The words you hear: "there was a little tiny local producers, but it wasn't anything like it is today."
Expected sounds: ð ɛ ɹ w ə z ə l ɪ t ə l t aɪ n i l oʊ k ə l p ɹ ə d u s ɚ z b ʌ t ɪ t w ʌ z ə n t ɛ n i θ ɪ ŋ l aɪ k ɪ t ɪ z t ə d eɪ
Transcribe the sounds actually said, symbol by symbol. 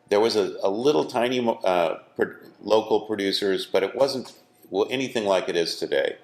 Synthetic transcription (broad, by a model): ð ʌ ɹ w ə z ə l ɪ t l t aɪ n i l oʊ k l p ɹ ə d u s ɚ z b ʌ t ɪ t w ʌ z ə n t ɛ n i θ ɪ ŋ l aɪ k ɪ t ɪ z t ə d eɪ